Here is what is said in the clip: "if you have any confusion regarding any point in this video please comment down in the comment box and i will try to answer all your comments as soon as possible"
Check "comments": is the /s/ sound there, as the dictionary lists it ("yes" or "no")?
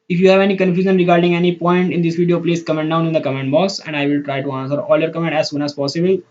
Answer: no